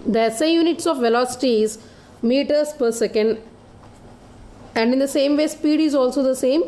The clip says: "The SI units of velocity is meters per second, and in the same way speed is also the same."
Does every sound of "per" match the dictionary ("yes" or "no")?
yes